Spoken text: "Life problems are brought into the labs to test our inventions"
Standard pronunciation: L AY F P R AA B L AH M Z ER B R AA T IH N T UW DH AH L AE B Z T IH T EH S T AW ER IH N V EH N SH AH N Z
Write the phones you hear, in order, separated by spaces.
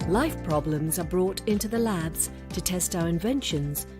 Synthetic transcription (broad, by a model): L AY F P R AA B L AH M Z ER B R AA T IH N T UW DH AH L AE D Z T IH T EH S T AW ER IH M V EH N SH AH N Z